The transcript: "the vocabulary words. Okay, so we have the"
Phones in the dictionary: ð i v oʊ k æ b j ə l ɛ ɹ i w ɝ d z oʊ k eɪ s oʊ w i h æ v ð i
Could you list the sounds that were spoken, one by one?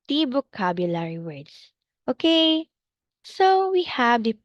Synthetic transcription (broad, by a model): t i b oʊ k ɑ b j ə l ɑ ɹ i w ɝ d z oʊ k eɪ s oʊ w i h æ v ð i